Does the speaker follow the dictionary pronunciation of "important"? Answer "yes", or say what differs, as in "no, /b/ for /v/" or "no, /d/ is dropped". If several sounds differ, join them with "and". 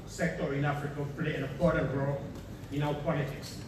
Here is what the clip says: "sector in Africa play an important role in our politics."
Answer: no, /m/ is dropped